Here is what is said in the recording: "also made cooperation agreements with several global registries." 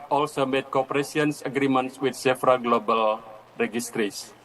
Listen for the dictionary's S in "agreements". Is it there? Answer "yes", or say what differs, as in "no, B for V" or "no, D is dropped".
yes